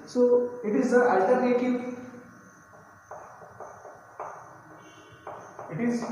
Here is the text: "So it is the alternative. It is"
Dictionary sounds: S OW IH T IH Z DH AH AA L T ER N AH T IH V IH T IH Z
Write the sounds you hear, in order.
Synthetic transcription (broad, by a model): S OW IH T IH Z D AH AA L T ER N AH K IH IH T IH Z